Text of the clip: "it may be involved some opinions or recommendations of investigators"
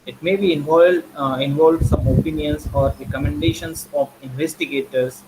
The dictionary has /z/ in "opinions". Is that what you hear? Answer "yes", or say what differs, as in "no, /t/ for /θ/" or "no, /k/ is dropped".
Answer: no, /s/ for /z/